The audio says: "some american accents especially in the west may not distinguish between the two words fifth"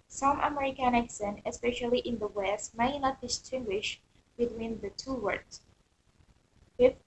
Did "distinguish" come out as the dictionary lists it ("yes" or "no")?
yes